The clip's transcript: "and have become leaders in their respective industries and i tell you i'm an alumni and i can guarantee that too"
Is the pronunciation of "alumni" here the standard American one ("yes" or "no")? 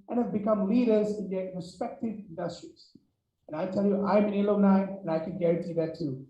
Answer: no